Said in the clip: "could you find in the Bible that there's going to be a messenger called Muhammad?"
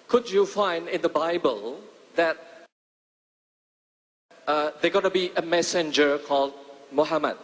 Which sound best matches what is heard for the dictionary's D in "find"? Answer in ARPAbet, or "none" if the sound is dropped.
D